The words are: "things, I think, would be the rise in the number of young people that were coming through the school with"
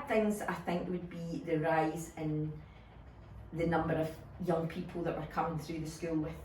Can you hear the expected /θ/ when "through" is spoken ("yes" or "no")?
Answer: yes